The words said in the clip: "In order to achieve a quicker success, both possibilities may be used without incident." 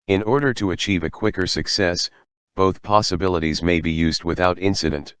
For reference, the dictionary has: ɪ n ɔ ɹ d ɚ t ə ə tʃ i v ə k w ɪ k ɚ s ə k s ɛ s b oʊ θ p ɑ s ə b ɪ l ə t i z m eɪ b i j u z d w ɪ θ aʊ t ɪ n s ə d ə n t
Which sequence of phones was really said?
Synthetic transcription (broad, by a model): ɪ n ɔ ɹ d ɚ t ə ə tʃ i v ə k w ɪ k ɚ s ə k s ɛ s b oʊ θ p ɑ s ə b ɪ l ə t i z m eɪ b i j u z d w ɪ θ aʊ t ɪ n s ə d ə n t